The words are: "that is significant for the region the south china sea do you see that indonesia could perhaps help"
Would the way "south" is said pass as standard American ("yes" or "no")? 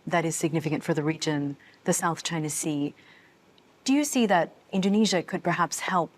yes